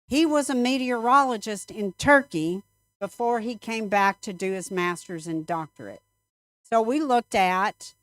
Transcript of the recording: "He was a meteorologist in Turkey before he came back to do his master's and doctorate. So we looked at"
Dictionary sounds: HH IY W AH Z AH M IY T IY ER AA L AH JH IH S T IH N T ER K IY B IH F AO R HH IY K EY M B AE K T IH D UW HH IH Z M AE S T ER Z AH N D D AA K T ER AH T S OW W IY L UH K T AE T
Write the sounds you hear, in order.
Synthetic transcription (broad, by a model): HH IY W AH Z AH M IY T IY ER AA L AH JH IH S T IH N T ER K IY B IH F AO R IY K EY M B AE K T IH D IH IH Z M AE S T ER Z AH N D D AA K T ER AH T S OW W IY L UH K T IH T